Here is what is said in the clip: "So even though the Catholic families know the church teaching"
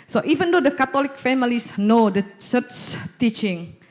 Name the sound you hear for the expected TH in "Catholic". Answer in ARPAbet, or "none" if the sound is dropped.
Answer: T